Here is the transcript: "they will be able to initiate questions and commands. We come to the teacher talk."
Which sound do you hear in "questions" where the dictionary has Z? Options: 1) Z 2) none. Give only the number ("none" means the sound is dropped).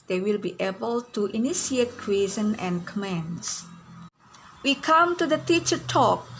2